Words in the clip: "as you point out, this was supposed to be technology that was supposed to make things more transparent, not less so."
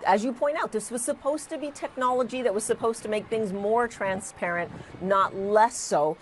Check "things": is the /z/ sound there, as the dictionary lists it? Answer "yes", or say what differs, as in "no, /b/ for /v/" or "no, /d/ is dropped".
yes